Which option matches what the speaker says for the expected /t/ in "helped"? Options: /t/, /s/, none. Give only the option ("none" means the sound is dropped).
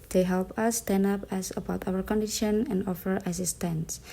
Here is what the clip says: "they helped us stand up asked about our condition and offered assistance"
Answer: none